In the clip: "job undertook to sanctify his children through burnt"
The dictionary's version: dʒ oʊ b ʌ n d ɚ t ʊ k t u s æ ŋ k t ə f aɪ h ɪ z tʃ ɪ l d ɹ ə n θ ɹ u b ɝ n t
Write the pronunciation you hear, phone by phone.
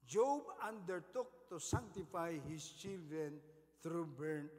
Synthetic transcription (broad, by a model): dʒ oʊ b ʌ n d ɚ t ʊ k t u s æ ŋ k t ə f aɪ h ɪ s tʃ ɪ l d ɹ ə n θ ɹ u b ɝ n